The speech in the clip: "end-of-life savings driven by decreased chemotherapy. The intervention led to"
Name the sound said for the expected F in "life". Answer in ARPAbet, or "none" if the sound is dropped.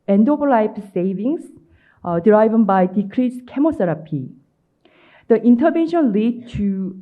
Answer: P